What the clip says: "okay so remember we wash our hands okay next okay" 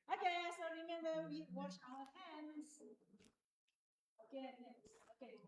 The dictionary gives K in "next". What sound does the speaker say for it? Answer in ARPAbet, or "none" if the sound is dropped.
none